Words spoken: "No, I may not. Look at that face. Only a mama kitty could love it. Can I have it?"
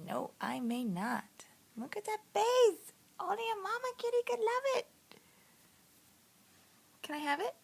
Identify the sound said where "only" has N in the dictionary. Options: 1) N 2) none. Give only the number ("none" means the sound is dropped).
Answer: 2